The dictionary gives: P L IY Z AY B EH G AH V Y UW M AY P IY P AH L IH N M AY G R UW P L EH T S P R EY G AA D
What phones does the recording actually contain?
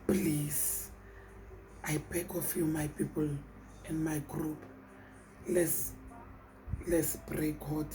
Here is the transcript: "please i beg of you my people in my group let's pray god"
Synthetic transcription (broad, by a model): P L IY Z AY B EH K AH F Y UW M AY P IY P AH L IH N M AY G R UW P L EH S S B R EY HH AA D